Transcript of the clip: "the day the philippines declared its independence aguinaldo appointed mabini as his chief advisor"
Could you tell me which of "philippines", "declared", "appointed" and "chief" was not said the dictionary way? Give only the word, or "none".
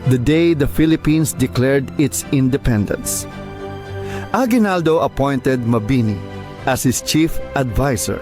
philippines